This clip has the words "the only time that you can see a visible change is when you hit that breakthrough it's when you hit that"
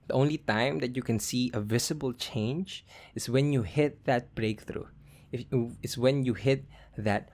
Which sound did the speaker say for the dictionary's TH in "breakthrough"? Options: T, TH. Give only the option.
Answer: TH